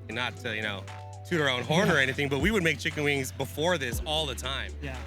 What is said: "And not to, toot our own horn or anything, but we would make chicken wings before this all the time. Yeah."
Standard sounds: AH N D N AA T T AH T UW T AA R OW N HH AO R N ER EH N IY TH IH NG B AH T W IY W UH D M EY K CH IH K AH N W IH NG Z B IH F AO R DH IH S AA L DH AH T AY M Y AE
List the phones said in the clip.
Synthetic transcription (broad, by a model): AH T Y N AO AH T UW T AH R OW N HH AO R N ER EH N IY TH IH NG B AH T W IY W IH D M EY K CH IH K AH N W IH NG Z B IH F AO R DH IH S AA L DH AH T AY M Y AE